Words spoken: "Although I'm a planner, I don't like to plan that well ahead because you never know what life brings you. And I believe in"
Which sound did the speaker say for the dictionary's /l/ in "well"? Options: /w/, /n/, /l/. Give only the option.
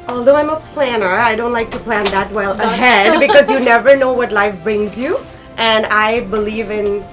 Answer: /l/